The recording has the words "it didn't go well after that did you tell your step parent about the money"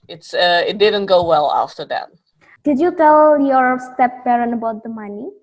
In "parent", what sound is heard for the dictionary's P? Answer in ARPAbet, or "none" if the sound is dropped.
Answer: B